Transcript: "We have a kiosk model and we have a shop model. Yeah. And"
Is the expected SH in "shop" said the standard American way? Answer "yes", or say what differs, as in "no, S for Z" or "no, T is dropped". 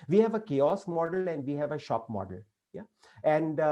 yes